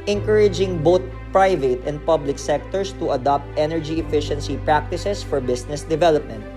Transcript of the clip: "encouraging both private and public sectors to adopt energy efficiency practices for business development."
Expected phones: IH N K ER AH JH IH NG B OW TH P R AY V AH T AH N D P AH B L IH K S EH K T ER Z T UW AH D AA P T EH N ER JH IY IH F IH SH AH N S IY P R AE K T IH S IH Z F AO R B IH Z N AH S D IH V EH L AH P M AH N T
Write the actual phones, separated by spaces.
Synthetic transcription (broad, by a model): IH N K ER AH JH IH NG B OW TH P R AY V AH T AH N D P AH B L IH K S EH K T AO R T UW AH D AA P T EH N ER JH IY IH F IH SH AH N S IY P R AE K T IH S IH S F AO R B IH S N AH S D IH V EH L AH P M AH N T